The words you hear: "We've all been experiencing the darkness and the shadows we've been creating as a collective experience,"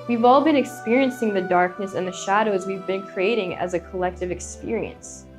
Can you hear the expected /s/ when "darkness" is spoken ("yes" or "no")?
yes